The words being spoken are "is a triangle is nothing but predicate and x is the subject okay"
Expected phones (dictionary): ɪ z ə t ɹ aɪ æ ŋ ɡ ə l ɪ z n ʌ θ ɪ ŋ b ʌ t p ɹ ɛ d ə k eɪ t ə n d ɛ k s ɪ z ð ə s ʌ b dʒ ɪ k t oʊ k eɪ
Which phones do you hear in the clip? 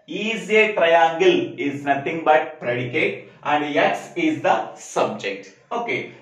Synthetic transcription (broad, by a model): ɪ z ə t ɹ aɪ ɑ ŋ ɡ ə l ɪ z n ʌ t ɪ ŋ b ʌ t p ɹ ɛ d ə k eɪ t ə n d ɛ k s ɪ z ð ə s ʌ b dʒ ɪ k t oʊ k eɪ